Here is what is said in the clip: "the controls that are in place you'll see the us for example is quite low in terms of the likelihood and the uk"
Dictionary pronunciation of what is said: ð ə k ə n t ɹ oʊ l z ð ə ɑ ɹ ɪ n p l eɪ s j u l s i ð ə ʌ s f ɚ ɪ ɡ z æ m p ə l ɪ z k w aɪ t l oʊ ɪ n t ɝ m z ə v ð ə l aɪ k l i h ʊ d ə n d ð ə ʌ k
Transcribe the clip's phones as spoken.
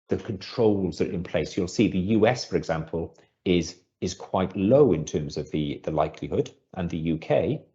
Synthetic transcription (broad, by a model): ð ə k ə n t ɹ oʊ l z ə ɹ ɪ n p l eɪ s j u l s i ð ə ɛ s f ɚ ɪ ɡ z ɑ m p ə l ɪ z k w aɪ t l oʊ ɪ n t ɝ m z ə v ð ə l aɪ k l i h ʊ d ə n ð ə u k